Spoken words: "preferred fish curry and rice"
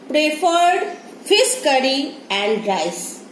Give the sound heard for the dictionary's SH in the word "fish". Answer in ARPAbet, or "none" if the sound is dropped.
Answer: S